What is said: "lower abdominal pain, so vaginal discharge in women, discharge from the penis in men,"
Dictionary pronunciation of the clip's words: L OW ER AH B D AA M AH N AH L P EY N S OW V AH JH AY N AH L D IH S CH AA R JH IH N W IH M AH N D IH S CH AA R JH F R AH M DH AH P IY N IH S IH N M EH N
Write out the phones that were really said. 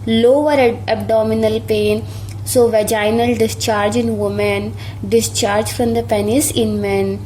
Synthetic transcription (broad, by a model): L OW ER AH B D AA M AH N AH L P EY N S OW V AH JH AY N AH L D IH S CH AA R JH IH N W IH M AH N D IH S CH AA R JH F R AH M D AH P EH N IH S IH N M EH N